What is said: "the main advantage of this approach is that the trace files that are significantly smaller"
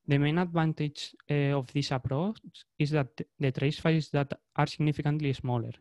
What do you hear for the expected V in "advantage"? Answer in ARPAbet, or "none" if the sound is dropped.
B